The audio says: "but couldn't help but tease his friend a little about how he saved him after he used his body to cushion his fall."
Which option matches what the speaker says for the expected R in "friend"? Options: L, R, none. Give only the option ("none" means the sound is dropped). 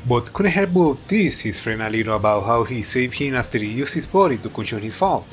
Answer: R